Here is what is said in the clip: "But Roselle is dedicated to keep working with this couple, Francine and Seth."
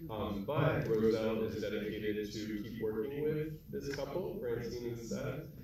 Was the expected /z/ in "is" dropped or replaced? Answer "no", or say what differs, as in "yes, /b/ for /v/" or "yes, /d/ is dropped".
no